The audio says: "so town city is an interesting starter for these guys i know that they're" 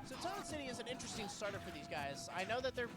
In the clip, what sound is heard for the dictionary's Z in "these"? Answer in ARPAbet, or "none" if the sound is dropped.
Z